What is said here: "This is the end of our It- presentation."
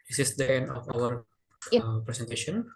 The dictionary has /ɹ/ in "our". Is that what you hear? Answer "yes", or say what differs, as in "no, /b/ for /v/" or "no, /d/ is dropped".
no, /w/ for /ɹ/